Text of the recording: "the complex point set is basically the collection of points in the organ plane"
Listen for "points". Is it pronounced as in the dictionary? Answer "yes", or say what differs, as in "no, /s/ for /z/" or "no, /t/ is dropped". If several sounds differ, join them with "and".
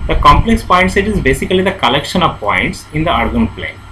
yes